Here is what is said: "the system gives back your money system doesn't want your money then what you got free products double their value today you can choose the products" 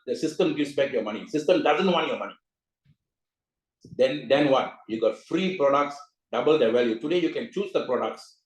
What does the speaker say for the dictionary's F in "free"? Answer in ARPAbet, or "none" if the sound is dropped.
F